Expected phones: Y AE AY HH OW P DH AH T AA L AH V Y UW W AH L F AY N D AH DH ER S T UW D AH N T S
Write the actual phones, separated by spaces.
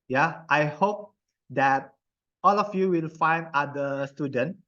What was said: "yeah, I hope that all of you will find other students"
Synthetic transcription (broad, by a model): Y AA AY HH OW P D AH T AA L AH F Y UW W AH L F AY N D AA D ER S T UW D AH N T